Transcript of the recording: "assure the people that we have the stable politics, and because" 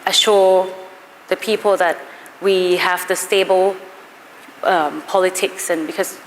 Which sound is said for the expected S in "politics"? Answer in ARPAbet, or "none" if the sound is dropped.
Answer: S